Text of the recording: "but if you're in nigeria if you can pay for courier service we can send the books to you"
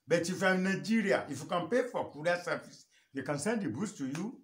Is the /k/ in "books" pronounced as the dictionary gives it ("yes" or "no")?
no